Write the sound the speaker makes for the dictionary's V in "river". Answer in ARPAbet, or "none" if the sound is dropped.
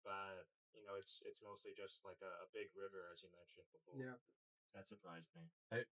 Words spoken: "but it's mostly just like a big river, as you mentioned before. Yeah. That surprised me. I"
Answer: V